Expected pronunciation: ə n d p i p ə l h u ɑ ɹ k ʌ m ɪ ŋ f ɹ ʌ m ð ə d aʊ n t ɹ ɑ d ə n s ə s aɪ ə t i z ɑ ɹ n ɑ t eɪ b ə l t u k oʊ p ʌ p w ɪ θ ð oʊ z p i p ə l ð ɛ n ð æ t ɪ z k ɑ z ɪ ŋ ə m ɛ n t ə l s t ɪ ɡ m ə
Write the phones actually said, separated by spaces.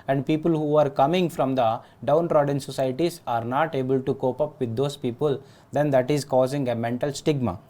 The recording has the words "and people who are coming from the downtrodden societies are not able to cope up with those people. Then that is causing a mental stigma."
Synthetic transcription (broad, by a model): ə n d p i p ə l h u ɑ ɹ k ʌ m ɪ ŋ f ɹ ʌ m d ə d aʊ n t ɹ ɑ d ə n s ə s aɪ t i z ɑ ɹ n ɑ t eɪ b ə l t u k oʊ p ʌ p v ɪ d oʊ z p i p ə l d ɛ n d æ t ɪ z k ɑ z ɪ ŋ ə m ɛ n t ə l s t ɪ ɡ m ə